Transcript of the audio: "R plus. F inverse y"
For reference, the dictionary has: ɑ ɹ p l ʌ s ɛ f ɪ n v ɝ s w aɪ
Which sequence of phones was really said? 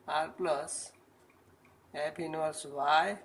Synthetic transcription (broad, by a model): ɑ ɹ p l ʌ s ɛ p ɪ n ɝ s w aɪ